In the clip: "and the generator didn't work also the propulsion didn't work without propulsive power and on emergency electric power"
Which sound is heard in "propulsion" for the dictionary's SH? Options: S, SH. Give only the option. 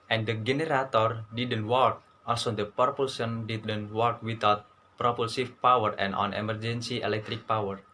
S